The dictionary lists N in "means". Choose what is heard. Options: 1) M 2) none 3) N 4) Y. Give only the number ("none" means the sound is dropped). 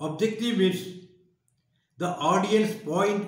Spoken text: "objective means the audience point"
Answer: 2